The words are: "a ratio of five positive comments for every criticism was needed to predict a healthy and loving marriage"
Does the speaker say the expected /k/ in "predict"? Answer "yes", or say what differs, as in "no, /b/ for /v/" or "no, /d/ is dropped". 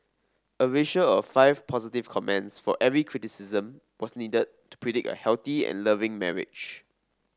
yes